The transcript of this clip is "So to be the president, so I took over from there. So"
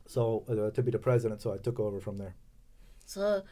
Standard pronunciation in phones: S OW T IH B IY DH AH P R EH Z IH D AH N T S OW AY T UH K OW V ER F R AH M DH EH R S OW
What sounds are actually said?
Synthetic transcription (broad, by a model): S OW T IH B IY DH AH P R EH Z IH D AH N T S OW AY T UH K OW V ER F R AH M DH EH R S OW